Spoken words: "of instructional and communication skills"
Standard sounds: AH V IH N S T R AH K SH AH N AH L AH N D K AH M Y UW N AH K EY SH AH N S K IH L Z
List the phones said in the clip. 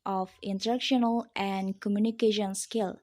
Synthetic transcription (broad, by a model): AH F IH N T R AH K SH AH N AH L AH N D K AH M Y UW N AH K EY SH AH N S K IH L